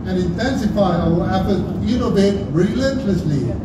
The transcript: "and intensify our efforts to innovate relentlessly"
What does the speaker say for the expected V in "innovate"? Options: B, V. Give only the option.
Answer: B